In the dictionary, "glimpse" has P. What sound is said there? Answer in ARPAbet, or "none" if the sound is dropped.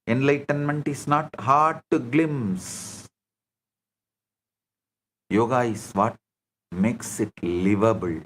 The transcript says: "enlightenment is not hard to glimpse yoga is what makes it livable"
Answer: none